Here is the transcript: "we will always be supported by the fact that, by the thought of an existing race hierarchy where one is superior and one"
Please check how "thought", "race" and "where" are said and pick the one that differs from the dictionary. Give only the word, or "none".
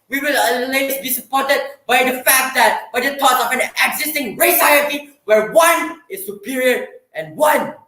thought